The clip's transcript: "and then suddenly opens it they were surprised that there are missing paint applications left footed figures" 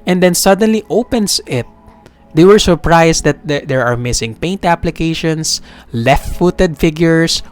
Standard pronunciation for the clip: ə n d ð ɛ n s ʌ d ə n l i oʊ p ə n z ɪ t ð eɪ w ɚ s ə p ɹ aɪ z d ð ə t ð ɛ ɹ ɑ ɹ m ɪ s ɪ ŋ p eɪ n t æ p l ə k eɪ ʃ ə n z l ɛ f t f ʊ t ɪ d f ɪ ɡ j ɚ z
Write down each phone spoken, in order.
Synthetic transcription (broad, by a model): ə n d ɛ n s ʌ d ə n l i oʊ p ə n s ɪ t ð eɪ w ɚ s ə p ɹ aɪ s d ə t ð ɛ ɹ ɑ ɹ m ɪ s ɪ ŋ p eɪ n t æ p l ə k eɪ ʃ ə n s l ɛ f t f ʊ t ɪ d f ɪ ɡ j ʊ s